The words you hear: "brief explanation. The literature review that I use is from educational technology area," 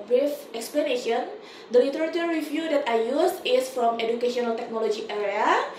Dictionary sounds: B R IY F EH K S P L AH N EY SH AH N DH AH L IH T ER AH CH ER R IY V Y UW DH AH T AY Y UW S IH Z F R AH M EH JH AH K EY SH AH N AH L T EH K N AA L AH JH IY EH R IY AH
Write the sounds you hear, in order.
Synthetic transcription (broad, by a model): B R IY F EH K S P L AH N EY SH AH N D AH L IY T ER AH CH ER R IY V Y UW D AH T AY Y UW S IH S F R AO M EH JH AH K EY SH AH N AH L T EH K N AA L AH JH IY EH R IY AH